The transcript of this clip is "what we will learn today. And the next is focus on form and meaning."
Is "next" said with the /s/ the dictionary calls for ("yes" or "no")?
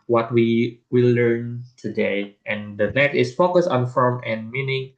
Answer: no